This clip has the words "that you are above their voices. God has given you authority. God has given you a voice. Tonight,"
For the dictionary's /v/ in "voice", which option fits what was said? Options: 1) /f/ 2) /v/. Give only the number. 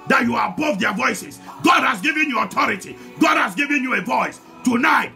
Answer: 2